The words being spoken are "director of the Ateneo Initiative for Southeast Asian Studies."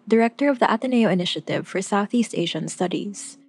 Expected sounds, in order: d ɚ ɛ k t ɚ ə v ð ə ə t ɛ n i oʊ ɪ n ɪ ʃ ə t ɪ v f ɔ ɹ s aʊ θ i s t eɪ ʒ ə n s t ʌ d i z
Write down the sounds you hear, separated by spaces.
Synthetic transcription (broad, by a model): d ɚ ɛ k t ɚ ə v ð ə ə t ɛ n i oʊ ɪ n ɪ ʃ ə t ɪ v f ɔ ɹ s aʊ θ i s t eɪ ʒ ə n s t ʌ d i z